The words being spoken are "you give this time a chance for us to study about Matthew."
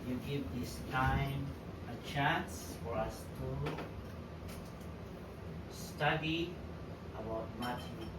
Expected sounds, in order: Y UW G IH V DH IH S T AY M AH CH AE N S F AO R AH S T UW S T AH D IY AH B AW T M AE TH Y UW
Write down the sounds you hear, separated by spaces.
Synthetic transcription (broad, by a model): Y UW G IH V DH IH S T AY M AH CH AE N S F AO R AH S T UW S T AH D IY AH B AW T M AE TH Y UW